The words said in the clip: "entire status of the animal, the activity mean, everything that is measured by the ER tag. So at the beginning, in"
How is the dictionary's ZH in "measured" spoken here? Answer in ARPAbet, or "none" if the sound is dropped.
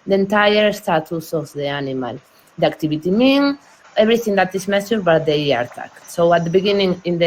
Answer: S